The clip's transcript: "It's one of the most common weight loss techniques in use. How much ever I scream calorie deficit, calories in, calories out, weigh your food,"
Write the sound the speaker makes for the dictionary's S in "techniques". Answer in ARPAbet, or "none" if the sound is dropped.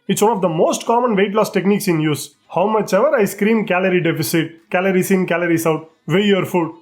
S